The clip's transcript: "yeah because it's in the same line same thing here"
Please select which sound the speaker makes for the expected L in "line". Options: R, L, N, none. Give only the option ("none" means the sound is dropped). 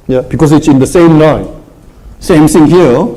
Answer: N